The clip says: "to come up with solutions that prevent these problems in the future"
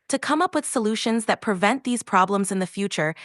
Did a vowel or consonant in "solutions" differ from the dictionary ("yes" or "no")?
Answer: no